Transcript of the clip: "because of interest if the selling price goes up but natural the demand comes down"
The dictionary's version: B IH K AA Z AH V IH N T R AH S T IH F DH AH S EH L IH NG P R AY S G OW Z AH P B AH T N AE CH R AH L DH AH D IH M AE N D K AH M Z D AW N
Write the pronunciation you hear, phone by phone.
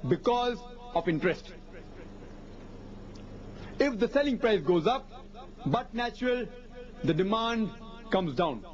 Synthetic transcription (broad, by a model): B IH K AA Z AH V IH N T R AH S T IH F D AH S EH L IH NG P R AY S G OW Z AH P B AH T N AE CH R AH L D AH D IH M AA N D K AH M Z D AW N